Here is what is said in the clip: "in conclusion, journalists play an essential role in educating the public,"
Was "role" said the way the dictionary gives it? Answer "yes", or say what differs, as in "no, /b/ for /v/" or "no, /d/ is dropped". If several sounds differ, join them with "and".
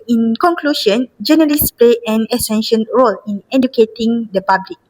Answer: yes